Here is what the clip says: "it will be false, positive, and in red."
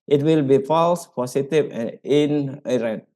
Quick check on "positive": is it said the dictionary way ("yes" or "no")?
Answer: no